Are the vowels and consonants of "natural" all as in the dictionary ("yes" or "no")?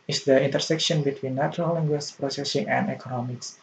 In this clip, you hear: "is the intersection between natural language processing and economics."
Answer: no